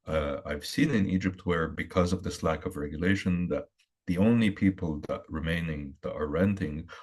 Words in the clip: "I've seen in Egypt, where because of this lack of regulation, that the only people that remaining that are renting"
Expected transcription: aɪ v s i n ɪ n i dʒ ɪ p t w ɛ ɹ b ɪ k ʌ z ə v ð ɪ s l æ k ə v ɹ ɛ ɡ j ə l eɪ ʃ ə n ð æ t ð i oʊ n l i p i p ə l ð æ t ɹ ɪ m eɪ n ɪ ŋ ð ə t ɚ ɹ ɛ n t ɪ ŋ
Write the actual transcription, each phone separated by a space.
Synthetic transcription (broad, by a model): aɪ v s i n ɪ n i dʒ ɪ p t w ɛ ɹ b ɪ k ʌ z ə v ð ɪ s l æ k ə v ɹ ɛ ɡ j ə l eɪ ʃ ə n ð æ t ð i oʊ n l i p i p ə l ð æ t ɹ ɪ m eɪ n ɪ ŋ ð ə t ɚ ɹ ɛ n t ɪ ŋ